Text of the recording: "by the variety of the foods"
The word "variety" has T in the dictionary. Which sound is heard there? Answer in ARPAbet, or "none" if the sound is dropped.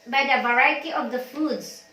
T